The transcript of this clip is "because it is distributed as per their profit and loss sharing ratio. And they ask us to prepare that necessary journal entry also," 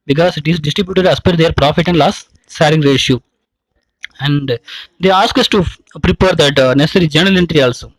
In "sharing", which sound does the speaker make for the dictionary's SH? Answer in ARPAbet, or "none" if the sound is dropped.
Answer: S